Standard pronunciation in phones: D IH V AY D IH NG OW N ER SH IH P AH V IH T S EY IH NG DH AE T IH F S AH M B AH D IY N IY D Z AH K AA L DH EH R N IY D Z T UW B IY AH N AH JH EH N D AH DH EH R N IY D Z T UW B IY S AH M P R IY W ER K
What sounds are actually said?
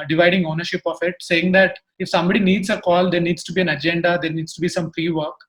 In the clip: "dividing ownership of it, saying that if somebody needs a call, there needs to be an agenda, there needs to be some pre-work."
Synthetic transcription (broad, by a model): D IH V AY D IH NG OW N ER SH IH P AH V IH T S EY IH NG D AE T IH F S AH M B AH D IY N IY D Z AH K AA L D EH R N IY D S T UW B IY AH N AH JH EH N D AH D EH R N IY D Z T UW B IY S AH M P R IY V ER K